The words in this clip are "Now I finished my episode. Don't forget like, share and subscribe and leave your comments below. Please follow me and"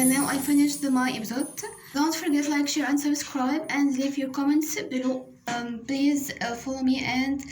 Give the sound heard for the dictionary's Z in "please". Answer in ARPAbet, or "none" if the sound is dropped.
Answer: Z